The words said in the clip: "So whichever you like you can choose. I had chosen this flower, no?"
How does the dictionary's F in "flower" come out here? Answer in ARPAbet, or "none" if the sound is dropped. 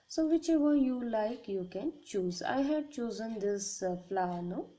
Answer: P